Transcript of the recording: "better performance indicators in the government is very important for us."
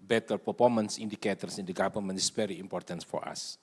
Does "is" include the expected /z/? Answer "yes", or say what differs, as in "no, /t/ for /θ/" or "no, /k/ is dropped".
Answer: no, /s/ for /z/